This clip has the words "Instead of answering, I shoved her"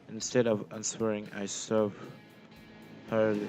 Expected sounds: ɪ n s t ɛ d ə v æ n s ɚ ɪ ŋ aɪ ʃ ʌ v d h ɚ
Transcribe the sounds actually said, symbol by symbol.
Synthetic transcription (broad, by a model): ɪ n s t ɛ d ə v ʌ n s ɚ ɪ ŋ aɪ s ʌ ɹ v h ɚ